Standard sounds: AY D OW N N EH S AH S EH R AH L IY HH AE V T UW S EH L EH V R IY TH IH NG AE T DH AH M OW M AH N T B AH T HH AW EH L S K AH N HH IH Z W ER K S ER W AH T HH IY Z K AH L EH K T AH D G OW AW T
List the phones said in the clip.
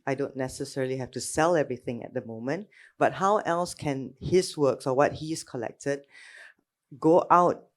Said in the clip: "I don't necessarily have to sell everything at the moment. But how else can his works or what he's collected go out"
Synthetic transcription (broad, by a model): AY D OW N N EH S AH S EH R AH L IY HH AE F T UW S EH L EH V R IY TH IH NG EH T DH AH M OW M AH N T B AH T HH AW EH L S K AH N HH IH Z W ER K S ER W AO T HH IY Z K AH L EH K T AH D G OW AW T